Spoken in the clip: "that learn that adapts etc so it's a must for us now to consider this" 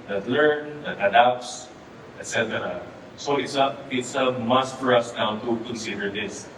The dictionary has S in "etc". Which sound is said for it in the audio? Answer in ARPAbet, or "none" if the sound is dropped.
S